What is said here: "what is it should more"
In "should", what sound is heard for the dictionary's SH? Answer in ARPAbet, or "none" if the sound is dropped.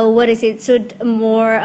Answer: S